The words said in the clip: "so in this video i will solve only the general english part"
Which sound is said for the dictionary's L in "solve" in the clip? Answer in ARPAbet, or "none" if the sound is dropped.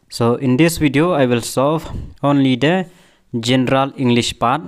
none